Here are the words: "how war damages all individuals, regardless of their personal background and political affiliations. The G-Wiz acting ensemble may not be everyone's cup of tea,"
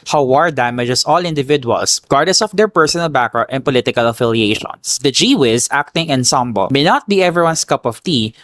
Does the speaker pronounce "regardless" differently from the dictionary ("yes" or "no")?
yes